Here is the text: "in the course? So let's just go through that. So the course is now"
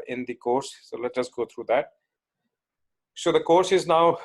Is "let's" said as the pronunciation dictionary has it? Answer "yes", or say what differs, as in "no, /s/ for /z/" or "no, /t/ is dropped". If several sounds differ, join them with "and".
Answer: no, /s/ is dropped